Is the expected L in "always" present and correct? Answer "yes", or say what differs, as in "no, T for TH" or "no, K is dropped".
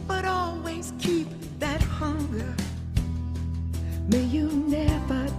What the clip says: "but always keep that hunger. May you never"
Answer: yes